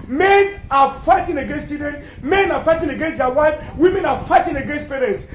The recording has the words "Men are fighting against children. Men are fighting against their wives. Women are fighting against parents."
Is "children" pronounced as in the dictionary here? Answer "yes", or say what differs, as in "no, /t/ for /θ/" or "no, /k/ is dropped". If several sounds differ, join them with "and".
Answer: no, /l/ is dropped and /ɹ/ is dropped